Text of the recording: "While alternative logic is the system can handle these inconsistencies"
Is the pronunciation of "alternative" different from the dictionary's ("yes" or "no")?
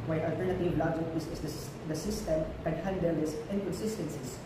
no